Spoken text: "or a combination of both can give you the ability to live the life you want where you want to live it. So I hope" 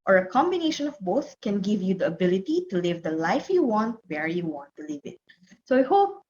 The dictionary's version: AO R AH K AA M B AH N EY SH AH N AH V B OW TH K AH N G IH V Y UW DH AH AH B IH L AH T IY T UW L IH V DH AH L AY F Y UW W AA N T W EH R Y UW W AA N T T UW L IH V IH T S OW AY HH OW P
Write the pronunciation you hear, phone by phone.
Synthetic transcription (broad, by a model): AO R AH K AA M B AH N EY SH AH N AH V B OW TH K AH N G IH V Y UW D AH AH B IH L AH T IY T UW L IH V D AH L AY F Y UW W AA N T W EH R Y UW W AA N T T UW L IH V IH T S OW AY HH OW P